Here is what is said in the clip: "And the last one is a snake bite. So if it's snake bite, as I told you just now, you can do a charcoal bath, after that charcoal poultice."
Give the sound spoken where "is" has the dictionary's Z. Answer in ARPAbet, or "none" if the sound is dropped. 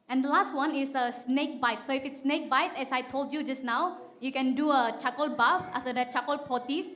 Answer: S